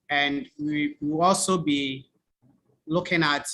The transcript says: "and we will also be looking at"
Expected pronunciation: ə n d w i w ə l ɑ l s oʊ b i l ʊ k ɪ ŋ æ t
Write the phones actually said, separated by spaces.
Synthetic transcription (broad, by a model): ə n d w i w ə w ɑ l s oʊ b i l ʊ k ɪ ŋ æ t